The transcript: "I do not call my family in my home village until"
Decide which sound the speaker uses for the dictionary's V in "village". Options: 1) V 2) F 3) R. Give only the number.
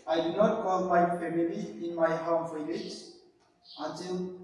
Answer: 2